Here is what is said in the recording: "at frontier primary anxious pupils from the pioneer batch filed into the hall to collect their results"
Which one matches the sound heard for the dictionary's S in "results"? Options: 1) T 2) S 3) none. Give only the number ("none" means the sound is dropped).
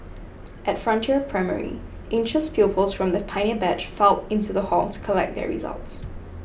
2